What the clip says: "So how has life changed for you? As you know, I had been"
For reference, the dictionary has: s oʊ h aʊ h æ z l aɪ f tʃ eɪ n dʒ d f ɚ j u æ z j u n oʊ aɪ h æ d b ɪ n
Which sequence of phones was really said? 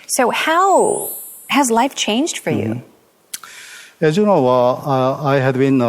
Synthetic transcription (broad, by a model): s oʊ h aʊ h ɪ z l aɪ f tʃ eɪ n dʒ d f ɚ j u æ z j u n oʊ aɪ h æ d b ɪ n